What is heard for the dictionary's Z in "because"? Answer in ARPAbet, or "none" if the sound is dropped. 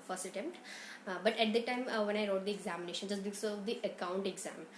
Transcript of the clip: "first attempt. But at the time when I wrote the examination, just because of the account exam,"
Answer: none